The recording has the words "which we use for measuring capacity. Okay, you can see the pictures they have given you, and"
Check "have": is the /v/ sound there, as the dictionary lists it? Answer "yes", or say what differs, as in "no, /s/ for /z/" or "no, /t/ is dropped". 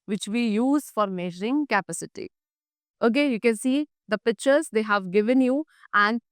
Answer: yes